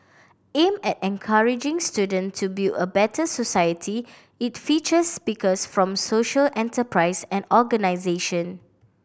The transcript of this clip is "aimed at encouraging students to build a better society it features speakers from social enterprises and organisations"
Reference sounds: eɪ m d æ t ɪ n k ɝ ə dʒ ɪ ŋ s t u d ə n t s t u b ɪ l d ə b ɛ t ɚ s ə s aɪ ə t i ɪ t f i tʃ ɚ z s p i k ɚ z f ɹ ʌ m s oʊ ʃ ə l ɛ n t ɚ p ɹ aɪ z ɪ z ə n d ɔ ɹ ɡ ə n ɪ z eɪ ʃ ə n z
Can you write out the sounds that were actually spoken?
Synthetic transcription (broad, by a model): eɪ m ɛ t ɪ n k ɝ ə dʒ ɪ ŋ s t u d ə n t t u b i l ə b ɛ t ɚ s ə s aɪ ə t i ɪ t f i tʃ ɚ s p i k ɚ s f ɹ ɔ m s oʊ ʃ ə l ɛ n t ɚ p ɹ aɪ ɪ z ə n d ɔ ɡ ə n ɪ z eɪ ʃ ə n